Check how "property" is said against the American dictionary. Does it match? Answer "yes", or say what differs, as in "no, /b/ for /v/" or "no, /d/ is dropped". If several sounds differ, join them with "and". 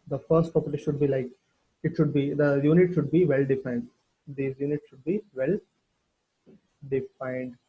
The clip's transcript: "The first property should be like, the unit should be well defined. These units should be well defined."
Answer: no, /ɹ/ is dropped